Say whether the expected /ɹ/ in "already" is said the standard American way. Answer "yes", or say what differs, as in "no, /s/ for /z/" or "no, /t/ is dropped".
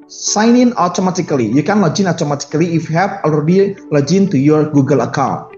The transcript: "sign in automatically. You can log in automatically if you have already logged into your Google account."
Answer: no, /ɹ/ is dropped